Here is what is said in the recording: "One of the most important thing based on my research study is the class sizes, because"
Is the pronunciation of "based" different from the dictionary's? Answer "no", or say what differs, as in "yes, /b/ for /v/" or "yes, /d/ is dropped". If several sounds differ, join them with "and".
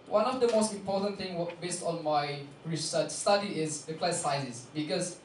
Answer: no